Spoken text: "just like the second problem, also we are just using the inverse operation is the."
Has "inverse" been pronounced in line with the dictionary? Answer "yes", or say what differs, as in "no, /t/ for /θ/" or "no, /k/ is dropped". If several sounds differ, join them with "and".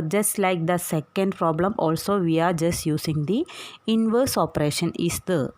yes